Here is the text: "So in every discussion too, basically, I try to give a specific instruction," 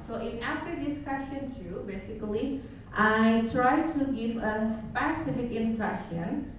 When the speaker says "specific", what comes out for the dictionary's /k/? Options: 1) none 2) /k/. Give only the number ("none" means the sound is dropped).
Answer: 2